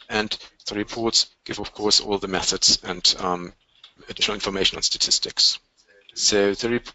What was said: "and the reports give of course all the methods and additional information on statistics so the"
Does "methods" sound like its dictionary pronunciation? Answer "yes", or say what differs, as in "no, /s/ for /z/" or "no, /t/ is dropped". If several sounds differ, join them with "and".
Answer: yes